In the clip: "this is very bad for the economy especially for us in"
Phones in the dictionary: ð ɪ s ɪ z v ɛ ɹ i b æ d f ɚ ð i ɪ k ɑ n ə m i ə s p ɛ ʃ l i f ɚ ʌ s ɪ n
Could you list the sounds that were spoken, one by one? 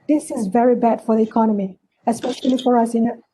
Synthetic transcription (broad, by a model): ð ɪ s ɪ z v ɛ ɹ i b æ d f ɚ ð i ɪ k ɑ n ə m i ə s p ɛ ʃ l i f ɚ ʌ s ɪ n